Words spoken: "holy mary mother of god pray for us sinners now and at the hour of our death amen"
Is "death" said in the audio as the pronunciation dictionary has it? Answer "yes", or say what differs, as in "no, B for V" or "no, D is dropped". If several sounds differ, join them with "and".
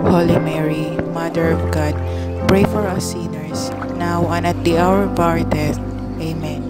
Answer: no, T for TH